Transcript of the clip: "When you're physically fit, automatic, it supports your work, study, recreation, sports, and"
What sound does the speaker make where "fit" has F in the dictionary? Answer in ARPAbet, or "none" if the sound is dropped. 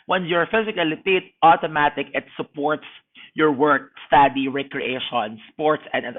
P